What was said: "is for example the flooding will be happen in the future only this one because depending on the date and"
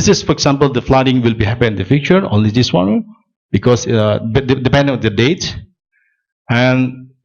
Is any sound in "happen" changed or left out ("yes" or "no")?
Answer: yes